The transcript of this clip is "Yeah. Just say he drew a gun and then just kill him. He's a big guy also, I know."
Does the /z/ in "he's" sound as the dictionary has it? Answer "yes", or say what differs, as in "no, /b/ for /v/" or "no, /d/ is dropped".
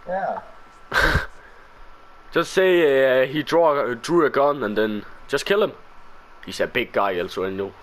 no, /s/ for /z/